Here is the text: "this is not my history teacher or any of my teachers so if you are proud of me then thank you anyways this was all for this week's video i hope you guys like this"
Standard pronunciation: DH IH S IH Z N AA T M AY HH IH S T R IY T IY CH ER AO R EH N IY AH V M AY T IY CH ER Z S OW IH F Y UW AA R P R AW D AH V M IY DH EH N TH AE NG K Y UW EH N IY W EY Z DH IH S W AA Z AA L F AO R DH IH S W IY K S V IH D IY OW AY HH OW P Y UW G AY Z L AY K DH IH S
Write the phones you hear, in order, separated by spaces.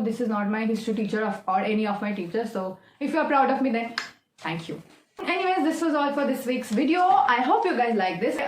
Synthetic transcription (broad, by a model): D IH S IH Z N AA T M AY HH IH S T IY T IY CH ER AO R EH N IY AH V M AY T IY CH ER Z S OW IH F Y UW AA R P R AW D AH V M IY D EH N T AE NG K Y UW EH N IY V EY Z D IH S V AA Z AA L F AO R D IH S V IY K S V IH D IY OW AY HH OW P Y UW G AY Z L AY K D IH S